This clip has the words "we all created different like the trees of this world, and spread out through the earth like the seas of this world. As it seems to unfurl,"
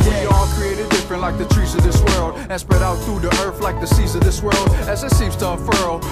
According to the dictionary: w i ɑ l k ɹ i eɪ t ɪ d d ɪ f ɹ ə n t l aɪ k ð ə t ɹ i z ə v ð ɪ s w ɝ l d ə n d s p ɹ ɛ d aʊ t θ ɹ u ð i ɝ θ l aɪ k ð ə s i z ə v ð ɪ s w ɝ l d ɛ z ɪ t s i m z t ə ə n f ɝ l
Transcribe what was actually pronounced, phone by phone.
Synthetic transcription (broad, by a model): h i ɑ l k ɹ i eɪ t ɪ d d ɪ f ɹ ə n t l aɪ k ð ə t ɹ i z ə v ð ɪ s w ɝ l d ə n s p ɹ ɛ d aʊ t θ ɹ u ð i ɝ θ l aɪ k ð ə s i z ə v ð ɪ s w ɝ l d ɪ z ɪ t s i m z t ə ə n f ɝ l